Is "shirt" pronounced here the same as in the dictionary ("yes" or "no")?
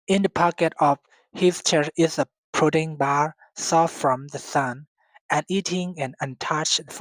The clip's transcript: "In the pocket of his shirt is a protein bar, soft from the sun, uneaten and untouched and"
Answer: no